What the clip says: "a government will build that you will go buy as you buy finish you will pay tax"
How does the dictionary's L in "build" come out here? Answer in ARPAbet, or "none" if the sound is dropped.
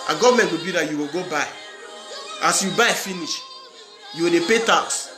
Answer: none